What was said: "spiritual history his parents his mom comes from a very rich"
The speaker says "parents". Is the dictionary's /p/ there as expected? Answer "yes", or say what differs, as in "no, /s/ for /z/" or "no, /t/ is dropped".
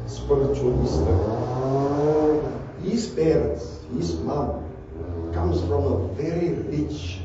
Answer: no, /b/ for /p/